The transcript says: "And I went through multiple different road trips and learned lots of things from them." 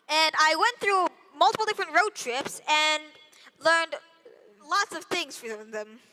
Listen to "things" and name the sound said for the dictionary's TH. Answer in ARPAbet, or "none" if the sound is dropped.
TH